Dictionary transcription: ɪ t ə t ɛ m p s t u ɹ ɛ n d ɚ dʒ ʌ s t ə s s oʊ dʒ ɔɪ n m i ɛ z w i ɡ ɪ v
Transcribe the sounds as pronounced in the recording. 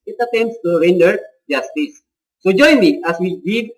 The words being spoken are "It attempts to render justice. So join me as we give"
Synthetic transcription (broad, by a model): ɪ t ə t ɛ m s t u ɹ ɛ n d ɚ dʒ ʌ s t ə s s oʊ dʒ ɔɪ n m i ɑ s w i ɡ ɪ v